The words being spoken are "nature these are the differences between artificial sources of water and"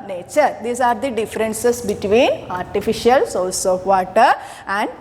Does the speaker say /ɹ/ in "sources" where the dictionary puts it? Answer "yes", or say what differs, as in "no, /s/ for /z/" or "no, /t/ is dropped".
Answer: no, /l/ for /ɹ/